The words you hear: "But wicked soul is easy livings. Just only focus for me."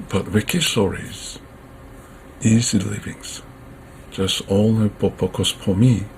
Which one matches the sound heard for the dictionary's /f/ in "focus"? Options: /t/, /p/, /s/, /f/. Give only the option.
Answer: /p/